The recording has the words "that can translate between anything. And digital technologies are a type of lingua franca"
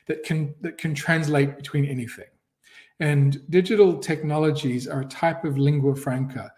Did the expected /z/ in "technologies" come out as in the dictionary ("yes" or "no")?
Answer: yes